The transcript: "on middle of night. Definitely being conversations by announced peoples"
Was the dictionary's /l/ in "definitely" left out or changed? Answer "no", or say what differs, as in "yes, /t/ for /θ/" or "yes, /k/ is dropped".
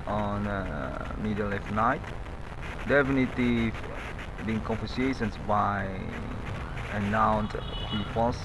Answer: yes, /l/ is dropped